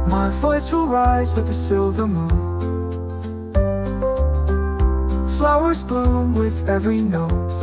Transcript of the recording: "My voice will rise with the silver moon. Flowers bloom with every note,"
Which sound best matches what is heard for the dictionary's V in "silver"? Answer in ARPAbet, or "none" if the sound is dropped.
V